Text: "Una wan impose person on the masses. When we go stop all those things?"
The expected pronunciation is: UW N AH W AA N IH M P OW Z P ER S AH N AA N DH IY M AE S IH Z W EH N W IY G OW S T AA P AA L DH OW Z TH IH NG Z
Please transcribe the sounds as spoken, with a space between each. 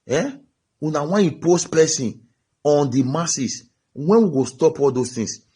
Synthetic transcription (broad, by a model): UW N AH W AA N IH P OW S P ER S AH N AA N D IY M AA S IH S W EH N W IY G OW S T AA P AA L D OW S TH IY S